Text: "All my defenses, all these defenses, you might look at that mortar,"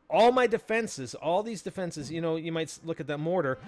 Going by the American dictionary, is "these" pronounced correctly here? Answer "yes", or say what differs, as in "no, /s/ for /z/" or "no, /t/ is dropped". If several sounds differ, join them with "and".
yes